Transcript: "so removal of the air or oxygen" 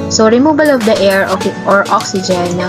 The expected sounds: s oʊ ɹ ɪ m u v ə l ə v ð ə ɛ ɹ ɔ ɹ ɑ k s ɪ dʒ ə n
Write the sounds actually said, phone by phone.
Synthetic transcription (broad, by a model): s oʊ ɹ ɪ m u b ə l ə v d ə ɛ ɹ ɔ ɹ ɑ k s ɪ dʒ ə n